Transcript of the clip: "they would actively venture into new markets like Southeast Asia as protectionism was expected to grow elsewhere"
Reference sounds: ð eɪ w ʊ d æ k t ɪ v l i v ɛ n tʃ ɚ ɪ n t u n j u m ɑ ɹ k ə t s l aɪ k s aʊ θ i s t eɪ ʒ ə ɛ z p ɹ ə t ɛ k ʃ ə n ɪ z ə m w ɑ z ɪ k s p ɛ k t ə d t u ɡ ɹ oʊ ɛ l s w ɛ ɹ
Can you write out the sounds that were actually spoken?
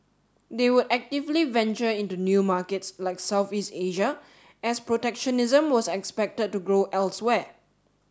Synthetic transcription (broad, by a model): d eɪ w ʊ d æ k t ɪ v l i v ɛ n tʃ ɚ ɪ n t u n j u m ɑ k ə t s l aɪ k s aʊ θ i s t eɪ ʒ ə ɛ s p ɹ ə t ɛ k ʃ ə n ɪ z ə m w ɑ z ɪ k s p ɛ k t ə d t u ɡ ɹ oʊ ɛ l s w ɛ